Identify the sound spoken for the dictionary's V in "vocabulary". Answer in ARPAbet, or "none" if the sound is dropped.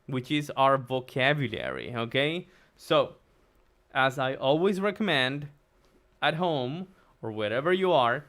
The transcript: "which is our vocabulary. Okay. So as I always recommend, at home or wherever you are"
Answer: V